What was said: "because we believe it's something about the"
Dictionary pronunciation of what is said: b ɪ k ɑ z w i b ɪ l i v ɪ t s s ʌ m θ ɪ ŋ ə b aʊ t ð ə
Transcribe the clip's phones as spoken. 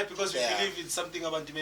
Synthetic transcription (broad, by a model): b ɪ k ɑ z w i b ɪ l i v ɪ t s s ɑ m t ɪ ŋ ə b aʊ t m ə